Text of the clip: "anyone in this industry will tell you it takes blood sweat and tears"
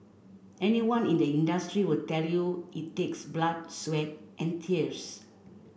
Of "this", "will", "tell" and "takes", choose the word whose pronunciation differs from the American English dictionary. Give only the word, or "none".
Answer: this